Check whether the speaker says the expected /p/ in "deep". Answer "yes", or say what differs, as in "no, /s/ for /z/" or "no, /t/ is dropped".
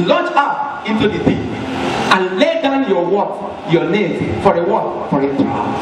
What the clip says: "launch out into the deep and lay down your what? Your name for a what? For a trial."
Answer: no, /p/ is dropped